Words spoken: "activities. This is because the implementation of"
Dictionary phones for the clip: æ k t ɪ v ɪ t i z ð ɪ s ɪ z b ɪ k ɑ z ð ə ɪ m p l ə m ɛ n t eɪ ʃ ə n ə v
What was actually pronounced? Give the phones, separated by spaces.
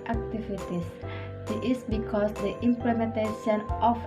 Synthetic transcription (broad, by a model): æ k t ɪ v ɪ t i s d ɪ ɪ s b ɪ k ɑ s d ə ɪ m p l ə m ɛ n t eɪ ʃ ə n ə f